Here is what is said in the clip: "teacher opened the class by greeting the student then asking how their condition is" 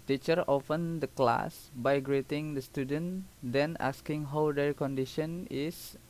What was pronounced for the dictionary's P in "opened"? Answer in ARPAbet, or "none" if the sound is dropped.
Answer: F